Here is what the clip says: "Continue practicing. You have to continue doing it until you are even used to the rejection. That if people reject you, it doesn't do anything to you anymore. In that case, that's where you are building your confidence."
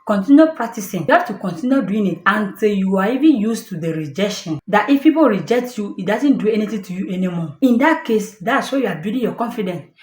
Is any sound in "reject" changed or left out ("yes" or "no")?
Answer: no